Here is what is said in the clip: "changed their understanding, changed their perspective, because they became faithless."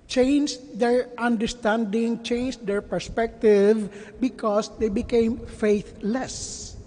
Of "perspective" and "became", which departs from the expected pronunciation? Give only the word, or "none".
none